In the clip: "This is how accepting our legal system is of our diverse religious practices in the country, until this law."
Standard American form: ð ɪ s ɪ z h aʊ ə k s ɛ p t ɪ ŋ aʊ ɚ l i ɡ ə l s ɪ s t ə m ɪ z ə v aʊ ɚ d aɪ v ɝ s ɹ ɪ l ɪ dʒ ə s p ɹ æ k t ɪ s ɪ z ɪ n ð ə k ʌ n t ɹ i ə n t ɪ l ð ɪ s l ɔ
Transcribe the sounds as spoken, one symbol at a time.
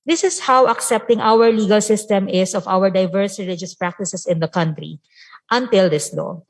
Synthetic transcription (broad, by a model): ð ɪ s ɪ s h aʊ ə k s ɛ p t ɪ ŋ aʊ ɚ l i ɡ ə l s ɪ s t ə m ɪ s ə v aʊ ɚ d aɪ v ɝ s ɹ ɪ l ɪ dʒ ə s p ɹ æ k t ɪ s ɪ s ɪ n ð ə k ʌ n t ɹ i ə n t ɪ l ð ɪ s l ɔ